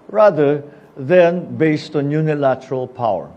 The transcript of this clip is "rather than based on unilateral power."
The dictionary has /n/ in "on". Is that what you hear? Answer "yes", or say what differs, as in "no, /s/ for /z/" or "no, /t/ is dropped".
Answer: yes